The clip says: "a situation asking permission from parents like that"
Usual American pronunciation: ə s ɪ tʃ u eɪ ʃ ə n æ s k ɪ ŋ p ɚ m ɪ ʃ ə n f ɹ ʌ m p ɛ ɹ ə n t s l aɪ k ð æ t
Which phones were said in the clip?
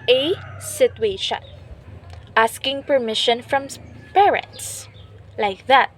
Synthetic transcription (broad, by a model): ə s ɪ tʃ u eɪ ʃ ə n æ s k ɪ ŋ p ɚ m ɪ ʃ ə n f ɹ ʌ m p ɛ ɹ ə n t s l aɪ k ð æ t